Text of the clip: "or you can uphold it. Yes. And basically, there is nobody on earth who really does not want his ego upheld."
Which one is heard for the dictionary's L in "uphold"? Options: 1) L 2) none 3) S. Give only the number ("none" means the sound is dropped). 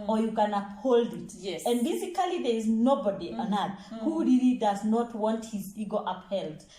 1